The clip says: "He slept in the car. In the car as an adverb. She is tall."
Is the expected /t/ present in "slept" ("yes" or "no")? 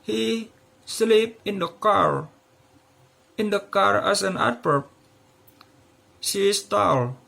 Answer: no